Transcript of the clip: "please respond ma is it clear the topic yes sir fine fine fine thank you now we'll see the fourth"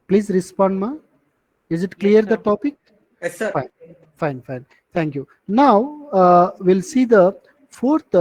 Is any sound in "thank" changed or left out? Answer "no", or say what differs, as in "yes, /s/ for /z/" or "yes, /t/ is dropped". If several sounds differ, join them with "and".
yes, /t/ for /θ/